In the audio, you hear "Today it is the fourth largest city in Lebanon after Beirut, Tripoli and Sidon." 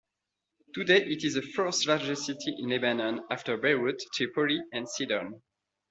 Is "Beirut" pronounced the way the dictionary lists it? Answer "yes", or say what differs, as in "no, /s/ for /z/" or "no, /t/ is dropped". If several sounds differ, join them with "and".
no, /w/ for /ɹ/